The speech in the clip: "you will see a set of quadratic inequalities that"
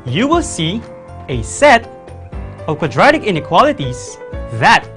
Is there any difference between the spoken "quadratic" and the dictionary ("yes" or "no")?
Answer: no